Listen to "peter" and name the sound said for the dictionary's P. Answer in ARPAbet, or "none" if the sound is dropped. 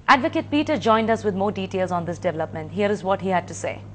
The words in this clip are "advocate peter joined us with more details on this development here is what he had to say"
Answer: P